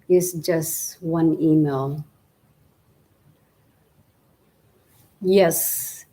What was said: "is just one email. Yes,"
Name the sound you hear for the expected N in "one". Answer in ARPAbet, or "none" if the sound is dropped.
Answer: N